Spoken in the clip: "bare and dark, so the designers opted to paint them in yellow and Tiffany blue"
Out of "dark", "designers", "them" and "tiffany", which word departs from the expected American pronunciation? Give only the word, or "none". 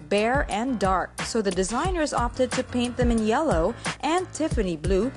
none